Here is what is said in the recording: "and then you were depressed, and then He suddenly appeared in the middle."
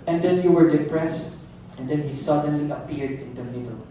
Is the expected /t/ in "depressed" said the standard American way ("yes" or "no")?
yes